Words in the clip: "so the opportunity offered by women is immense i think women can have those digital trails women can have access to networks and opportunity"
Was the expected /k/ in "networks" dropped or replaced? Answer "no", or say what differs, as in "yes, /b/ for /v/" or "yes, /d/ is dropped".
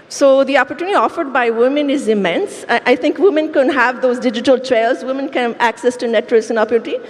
yes, /k/ is dropped